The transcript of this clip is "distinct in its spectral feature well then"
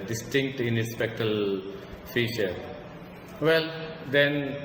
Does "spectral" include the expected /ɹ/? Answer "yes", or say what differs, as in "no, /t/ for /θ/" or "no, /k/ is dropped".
no, /ɹ/ is dropped